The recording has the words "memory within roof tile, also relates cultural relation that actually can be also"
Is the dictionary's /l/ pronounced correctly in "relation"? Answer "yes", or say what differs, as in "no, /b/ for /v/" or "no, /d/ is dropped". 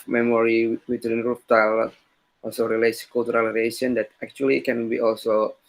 no, /l/ is dropped